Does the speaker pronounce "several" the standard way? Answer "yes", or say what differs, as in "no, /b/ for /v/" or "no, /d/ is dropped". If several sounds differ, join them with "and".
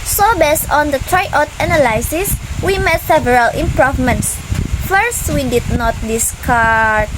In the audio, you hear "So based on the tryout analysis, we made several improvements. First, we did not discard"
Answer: yes